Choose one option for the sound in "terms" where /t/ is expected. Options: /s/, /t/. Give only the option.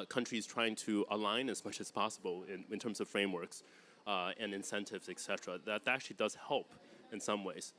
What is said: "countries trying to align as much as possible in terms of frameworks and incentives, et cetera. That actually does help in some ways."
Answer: /t/